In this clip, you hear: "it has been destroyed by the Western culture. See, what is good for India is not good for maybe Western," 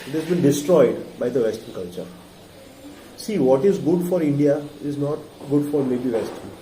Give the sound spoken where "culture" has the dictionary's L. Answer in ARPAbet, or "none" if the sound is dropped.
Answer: L